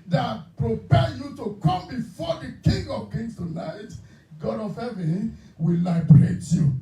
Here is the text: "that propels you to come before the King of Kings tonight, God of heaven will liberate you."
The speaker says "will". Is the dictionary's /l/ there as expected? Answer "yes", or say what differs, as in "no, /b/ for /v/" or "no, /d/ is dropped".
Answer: yes